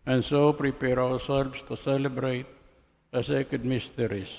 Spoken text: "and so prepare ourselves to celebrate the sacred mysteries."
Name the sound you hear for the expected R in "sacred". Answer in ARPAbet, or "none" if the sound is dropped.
none